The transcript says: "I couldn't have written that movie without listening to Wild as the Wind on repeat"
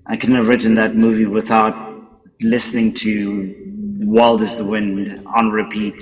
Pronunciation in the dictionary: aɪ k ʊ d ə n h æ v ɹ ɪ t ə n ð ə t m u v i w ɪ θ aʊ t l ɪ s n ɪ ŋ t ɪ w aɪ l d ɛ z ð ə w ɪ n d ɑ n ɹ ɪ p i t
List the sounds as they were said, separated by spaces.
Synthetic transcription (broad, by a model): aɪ k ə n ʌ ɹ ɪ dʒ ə n ð ə t m u v i w ɪ θ aʊ t l ɪ s n ɪ ŋ t ɪ w aɪ l d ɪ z ð ə w ɪ n d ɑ n ɹ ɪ p i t